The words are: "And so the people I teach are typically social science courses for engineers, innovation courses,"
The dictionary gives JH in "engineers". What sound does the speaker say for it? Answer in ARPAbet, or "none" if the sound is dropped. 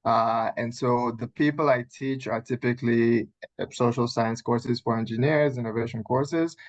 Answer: JH